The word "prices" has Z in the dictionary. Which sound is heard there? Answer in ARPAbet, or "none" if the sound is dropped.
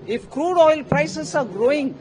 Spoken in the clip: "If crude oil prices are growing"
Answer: S